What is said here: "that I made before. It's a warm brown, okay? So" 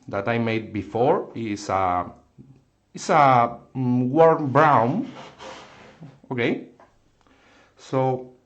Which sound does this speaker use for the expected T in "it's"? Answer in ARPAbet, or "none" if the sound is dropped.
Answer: S